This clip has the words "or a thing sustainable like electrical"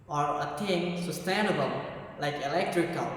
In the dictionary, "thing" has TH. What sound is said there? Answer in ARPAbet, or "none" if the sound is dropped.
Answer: T